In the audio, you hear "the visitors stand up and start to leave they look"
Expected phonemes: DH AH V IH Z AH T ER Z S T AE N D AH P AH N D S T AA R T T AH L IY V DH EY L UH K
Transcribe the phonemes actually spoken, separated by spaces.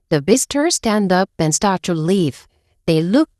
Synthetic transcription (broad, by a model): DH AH B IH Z T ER S T AE N D AH P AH N S T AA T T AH L IY V DH EY L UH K